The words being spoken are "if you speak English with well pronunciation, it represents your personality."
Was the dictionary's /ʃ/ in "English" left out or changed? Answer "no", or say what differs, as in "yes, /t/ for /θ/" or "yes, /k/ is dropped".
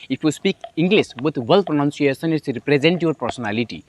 yes, /s/ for /ʃ/